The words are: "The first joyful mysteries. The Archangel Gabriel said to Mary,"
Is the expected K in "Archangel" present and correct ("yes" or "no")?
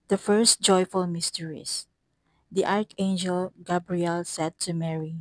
yes